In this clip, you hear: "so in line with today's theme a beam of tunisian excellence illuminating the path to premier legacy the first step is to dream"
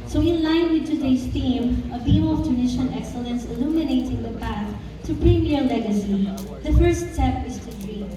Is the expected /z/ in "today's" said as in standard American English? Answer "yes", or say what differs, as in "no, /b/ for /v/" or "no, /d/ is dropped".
no, /s/ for /z/